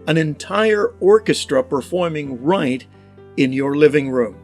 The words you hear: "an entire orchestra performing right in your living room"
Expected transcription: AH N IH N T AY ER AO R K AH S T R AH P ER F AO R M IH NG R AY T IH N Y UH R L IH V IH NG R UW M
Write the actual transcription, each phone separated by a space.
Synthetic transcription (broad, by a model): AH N IH N T AY ER AO R K AH S T R AH P ER F AO R M IH NG R AY T IH N Y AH R L IH V IH NG R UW M